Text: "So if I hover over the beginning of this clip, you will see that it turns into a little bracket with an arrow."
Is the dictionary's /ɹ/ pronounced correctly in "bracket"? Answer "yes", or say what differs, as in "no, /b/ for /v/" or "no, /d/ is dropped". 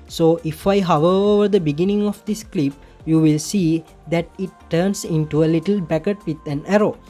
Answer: no, /ɹ/ is dropped